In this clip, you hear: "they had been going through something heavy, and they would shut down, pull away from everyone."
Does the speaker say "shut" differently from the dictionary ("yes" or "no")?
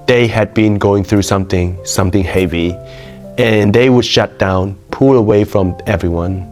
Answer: no